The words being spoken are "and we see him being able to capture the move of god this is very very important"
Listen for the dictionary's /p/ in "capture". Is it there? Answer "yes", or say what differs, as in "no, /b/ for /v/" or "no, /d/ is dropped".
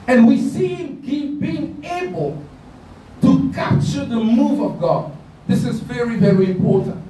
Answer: yes